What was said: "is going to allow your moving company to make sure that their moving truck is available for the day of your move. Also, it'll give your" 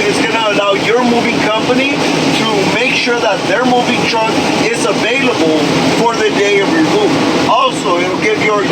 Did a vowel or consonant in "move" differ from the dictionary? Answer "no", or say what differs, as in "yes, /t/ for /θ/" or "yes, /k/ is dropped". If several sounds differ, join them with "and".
yes, /v/ is dropped